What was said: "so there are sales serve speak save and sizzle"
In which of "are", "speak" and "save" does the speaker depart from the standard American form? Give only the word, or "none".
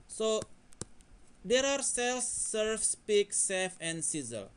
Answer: save